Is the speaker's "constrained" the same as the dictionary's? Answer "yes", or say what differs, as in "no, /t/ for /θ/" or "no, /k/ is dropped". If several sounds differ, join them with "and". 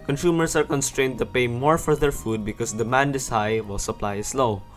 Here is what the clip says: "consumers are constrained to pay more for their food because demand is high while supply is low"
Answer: yes